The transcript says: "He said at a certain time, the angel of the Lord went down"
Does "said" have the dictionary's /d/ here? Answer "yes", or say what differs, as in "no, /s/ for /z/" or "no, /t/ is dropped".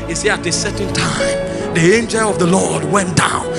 no, /d/ is dropped